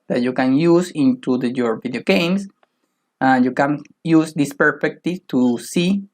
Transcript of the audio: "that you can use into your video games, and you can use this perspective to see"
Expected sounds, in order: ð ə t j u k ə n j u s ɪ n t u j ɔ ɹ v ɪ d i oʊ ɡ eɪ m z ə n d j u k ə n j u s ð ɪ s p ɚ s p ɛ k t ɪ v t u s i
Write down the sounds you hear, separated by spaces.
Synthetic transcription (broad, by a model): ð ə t j u k ə n j u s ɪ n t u j ɔ ɹ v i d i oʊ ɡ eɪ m s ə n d j u k ə n j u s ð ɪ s p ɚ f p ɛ k t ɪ t u s i